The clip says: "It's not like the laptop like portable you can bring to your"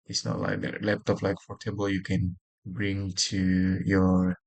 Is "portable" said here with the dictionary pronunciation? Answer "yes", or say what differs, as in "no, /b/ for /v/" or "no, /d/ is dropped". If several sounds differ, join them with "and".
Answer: no, /f/ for /p/